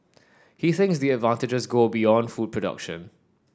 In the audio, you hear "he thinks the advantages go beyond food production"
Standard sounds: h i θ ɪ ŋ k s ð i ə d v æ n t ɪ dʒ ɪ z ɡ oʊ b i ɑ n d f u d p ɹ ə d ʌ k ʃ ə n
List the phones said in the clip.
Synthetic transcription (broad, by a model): h i θ ɪ ŋ k s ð i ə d v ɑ n t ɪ dʒ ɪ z ɡ oʊ b i ɑ n d f u d p ɹ ə d ʌ k ʃ ə n